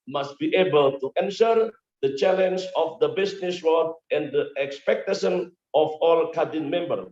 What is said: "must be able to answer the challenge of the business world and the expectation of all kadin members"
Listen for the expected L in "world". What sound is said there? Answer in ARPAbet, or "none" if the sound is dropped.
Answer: none